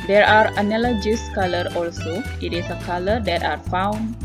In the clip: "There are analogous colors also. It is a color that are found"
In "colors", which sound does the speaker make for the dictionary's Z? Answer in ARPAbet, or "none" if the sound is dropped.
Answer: none